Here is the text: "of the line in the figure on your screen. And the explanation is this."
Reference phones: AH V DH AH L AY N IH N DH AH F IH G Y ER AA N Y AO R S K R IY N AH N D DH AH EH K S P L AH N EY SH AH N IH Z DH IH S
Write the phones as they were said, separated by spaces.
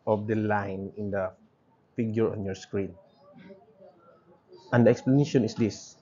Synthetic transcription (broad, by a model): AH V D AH L AY N IH N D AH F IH G Y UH AA N Y AO R S K R IY N AH N D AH EH K S P L AH N EY SH AH N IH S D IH S